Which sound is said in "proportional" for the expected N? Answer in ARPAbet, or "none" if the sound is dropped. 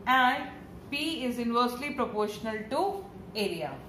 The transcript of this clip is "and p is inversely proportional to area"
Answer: N